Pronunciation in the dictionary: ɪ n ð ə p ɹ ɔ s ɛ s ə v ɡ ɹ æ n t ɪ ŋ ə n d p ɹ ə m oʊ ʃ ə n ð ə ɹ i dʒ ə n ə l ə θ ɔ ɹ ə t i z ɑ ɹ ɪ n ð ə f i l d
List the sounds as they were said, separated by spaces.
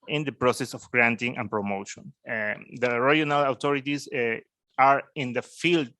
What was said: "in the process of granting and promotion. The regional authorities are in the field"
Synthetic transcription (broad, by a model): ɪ n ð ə p ɹ ɔ s ɛ s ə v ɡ ɹ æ n t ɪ ŋ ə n p ɹ ə m oʊ ʃ ə n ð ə ɹ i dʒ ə n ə l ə t ɔ ɹ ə t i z ɑ ɹ ɪ n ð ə f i l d